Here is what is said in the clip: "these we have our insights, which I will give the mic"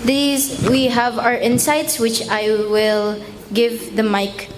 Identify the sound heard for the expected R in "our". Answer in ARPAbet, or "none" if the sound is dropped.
R